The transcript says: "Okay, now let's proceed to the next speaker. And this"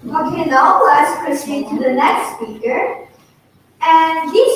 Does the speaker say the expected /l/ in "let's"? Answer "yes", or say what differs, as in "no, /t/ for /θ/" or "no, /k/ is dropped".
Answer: no, /w/ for /l/